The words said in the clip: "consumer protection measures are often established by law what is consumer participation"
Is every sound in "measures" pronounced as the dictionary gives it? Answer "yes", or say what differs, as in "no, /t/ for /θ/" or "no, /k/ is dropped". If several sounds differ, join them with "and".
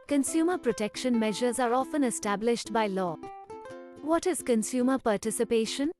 yes